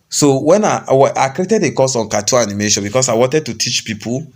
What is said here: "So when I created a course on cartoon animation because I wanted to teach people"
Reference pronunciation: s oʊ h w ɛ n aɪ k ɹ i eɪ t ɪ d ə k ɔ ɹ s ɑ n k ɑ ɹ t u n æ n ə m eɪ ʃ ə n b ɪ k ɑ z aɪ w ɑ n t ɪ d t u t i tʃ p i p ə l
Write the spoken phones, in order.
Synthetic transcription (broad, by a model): s oʊ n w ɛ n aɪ k ɹ i eɪ t ɪ d ə k ɔ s ɑ n k ɑ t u ɑ n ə m eɪ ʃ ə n b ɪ k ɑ s aɪ w ɑ n t ɪ d t u t i tʃ p i p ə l